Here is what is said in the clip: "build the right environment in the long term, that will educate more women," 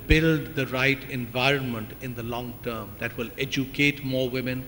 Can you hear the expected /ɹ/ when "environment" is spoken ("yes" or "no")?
yes